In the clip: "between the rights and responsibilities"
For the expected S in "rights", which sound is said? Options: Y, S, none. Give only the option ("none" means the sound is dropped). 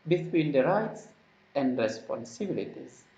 S